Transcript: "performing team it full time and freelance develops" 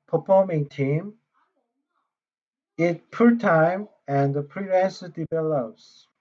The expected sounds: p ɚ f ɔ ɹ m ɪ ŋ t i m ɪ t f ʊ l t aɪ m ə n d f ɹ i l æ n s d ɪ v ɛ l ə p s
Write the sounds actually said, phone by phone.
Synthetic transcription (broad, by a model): p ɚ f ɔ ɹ m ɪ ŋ t i m ɪ t p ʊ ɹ t aɪ m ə n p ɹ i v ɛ n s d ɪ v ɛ l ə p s